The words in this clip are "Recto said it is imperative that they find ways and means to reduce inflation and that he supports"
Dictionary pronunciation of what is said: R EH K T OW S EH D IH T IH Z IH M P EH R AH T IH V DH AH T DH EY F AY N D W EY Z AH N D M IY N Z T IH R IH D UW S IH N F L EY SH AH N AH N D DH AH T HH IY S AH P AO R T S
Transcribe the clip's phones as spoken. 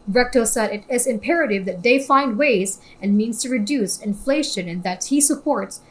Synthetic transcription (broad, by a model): R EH K T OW S EH D IH T IH Z IH M P EH R AH T IH V DH AH T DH EY F AY N D W EY Z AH N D M IY N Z T IH R IH D UW S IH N F L EY SH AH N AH N DH AH T HH IY S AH P AO R T S